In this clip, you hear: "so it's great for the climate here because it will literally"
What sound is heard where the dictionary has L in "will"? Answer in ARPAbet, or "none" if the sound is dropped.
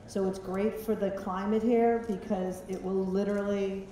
L